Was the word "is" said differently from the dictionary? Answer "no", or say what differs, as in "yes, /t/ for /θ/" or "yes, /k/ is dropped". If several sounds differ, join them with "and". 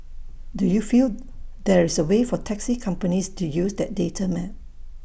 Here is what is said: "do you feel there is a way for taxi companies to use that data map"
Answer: yes, /s/ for /z/